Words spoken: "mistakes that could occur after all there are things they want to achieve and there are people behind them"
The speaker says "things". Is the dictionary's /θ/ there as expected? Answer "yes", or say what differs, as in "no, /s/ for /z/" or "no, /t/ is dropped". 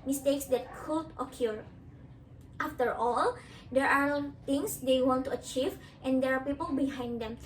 no, /t/ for /θ/